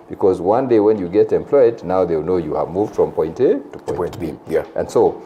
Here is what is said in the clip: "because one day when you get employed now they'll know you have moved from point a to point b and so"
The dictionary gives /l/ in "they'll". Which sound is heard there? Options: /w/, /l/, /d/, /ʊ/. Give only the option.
/w/